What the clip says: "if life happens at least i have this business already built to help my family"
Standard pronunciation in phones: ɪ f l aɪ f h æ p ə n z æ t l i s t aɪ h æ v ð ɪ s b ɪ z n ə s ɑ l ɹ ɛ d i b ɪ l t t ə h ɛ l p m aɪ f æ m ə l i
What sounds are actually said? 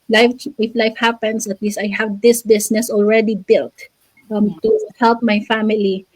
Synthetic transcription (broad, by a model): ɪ f l aɪ f h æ p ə n s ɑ t l i s t aɪ h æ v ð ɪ s b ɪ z n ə s ɑ l ɹ ɛ d i b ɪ l t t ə h ɛ l p m aɪ f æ m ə l i